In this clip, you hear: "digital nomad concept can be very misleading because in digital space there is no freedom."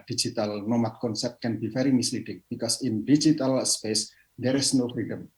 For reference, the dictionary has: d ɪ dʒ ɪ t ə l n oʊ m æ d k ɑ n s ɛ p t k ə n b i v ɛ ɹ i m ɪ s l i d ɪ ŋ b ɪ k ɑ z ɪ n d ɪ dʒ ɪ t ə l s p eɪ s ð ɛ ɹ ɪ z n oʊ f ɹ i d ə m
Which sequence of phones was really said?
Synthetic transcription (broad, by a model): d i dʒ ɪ t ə l n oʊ m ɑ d k ɑ n s ɛ p t k ə n b i f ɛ ɹ i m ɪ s l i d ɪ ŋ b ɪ k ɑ s ɪ n d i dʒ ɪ t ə l s p eɪ s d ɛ ɹ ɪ s n oʊ f ɹ i d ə m